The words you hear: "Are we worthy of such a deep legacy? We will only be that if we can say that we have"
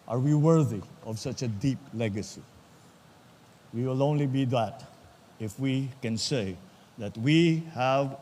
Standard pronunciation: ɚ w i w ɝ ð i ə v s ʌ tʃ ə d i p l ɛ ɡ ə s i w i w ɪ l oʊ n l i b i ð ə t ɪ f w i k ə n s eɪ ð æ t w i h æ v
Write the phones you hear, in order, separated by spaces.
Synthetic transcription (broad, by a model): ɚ w i w ɝ ð i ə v s ʌ tʃ ə d i p l ɛ ɡ ə s i w i w ɪ l oʊ n l i b i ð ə t ɪ f w i k ə n s eɪ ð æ t w i h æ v